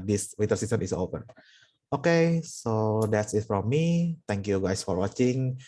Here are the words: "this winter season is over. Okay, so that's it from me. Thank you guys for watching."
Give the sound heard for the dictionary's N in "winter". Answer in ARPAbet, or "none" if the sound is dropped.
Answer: none